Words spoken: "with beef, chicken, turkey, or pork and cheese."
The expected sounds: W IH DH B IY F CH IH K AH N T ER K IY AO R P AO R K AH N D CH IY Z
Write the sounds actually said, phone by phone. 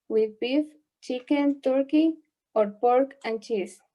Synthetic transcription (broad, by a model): W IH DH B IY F CH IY K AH N T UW K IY AO R P AO R K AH N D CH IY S